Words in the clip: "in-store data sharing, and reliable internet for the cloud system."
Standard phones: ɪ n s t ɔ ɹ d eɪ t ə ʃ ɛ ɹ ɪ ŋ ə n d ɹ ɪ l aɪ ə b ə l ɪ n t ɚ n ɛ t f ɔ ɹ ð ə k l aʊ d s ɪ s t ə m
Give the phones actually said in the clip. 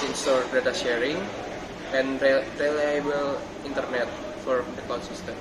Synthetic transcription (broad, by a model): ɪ n s t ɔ ɹ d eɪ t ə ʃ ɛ ɹ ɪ ŋ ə n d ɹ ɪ l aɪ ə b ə l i n t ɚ n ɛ t f ɔ ɹ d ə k aʊ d s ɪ s t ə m